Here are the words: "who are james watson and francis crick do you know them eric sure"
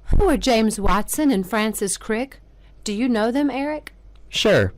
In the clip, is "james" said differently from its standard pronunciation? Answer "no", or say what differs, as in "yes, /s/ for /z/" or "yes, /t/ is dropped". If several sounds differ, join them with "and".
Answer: no